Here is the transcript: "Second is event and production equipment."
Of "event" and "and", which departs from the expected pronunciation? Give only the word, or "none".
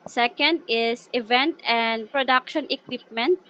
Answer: none